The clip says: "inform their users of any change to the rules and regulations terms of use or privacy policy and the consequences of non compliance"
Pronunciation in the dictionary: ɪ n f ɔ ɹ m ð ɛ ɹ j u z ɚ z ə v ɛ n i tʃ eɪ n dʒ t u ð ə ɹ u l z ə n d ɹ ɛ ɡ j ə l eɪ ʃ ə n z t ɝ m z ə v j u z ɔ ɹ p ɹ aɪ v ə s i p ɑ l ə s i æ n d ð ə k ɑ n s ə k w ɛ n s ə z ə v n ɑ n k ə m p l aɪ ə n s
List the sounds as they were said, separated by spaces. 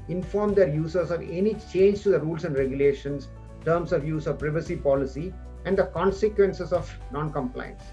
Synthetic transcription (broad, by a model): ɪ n f ɔ ɹ m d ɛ ɹ j u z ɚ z ə v ɛ n i tʃ eɪ n dʒ t u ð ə ɹ u l s ə n d ɹ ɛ ɡ j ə l eɪ ʃ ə n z t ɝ m s ə v j u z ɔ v p ɹ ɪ v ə s i p ɑ l ə s i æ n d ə k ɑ n s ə k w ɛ n s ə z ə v n ɑ n k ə m p l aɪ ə n s